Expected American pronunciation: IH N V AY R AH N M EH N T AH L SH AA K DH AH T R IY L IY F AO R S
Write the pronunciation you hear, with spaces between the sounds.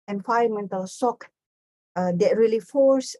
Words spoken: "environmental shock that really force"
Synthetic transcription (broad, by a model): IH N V AY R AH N M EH N T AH L S AA K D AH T R IY L IY F AO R S